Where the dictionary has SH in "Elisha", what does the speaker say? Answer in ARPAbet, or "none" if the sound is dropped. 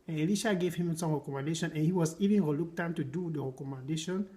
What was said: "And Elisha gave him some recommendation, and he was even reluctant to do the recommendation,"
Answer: SH